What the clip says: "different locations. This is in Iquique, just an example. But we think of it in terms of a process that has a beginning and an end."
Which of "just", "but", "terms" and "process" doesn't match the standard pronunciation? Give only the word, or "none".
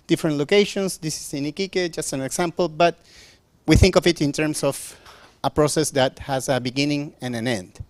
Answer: terms